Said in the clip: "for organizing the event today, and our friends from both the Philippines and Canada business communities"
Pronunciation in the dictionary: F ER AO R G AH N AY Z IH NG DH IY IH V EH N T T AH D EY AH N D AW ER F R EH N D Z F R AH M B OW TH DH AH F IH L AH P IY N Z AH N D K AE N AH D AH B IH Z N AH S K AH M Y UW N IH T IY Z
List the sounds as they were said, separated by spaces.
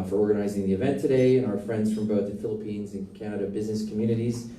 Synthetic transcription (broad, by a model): F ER AO R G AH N AY Z IH NG DH IY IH V EH N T T AH D EY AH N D AW ER F R EH N D Z F R AH M B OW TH DH AH F IH L AH P IY N Z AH N K AE N AH D AH B IH Z N AH S K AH M Y UW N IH T IY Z